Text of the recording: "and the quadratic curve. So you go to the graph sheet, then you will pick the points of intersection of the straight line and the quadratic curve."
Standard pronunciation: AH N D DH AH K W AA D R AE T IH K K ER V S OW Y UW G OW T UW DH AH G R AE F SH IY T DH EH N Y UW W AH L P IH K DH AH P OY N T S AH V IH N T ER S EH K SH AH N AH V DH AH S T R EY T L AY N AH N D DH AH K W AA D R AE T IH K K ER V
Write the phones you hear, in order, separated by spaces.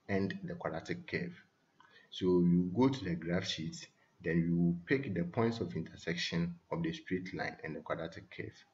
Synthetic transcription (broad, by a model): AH N D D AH K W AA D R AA T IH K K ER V S OW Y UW G OW T UW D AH G R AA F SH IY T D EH N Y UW W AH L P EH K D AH P OY N T S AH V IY N T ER S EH K SH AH N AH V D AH S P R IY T L AY N AH N D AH K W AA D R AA T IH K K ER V